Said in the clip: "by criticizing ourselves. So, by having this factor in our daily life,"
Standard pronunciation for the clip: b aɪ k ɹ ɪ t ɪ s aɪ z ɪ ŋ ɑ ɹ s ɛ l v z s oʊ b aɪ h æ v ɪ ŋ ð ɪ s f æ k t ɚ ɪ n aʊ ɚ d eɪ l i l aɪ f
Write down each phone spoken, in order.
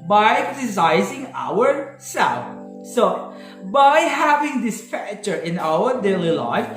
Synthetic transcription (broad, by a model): b aɪ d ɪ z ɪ ɪ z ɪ ŋ ɑ ɹ s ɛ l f s oʊ b aɪ h æ v ɪ ŋ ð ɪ s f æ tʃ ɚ ɪ n aʊ ɚ d eɪ l i l aɪ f